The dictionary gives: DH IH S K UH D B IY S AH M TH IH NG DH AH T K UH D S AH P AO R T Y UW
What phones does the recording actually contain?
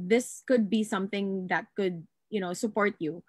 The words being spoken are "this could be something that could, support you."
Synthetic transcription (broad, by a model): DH IH S K UH D B IY S AH M TH IH NG DH AH T K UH D S AH P AO R T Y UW